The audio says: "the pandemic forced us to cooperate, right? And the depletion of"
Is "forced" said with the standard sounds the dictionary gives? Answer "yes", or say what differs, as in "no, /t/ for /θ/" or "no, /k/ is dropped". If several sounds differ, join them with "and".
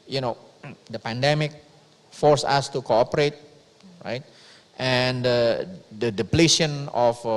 no, /t/ is dropped